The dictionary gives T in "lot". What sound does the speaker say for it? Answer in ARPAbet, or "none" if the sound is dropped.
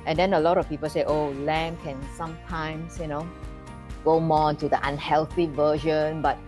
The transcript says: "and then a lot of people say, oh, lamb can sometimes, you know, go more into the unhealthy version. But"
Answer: T